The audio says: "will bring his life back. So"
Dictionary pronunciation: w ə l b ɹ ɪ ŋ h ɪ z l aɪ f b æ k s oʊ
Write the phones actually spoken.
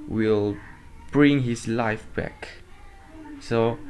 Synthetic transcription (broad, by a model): w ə l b ɹ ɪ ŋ h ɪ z l aɪ f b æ k s oʊ